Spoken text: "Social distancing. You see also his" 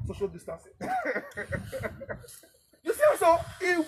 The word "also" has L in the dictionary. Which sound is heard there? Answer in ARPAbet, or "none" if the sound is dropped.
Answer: none